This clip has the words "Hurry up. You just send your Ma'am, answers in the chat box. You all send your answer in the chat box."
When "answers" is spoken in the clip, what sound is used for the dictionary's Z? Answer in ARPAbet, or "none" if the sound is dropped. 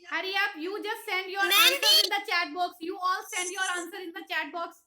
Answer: none